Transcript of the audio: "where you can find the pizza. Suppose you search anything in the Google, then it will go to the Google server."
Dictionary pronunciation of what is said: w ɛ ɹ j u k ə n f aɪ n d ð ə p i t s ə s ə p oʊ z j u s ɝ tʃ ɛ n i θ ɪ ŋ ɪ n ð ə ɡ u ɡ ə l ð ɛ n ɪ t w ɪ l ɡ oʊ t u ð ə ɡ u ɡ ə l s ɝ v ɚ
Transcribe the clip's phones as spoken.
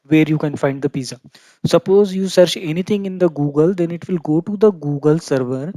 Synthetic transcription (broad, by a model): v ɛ ɹ j u k ə n f aɪ n d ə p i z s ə s ə p oʊ z j u s ɝ tʃ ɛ n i t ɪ ŋ ɪ n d ə ɡ u ɡ ə l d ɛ n ɪ t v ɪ l ɡ oʊ t u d ə ɡ u ɡ ə l s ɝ v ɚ